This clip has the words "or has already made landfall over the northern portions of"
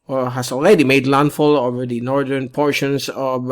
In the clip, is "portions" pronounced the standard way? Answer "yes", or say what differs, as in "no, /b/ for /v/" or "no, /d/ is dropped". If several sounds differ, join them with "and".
no, /s/ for /z/